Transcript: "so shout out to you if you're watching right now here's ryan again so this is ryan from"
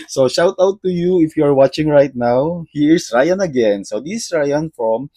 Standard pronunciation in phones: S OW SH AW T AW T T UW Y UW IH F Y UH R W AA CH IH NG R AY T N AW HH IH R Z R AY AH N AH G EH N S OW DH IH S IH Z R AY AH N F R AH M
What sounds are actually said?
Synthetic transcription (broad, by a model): S OW SH AW T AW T T UW Y UW IH F Y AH R W AA CH IH NG R AY T N AW HH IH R S R AY AH N AH G EH N S OW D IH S R AY AH N F R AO M